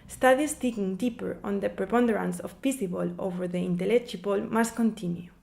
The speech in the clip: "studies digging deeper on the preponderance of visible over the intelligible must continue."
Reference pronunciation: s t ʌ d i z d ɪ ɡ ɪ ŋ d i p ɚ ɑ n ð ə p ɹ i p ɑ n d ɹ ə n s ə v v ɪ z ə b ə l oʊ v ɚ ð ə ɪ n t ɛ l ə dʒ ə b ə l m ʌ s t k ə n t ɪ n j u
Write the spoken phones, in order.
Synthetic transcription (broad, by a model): s t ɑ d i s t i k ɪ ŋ d i p ɚ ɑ n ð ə p ɹ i p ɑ n d ɹ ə n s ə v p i s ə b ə l oʊ v ɚ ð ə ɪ n t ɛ l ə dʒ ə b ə l m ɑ s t k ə n t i n j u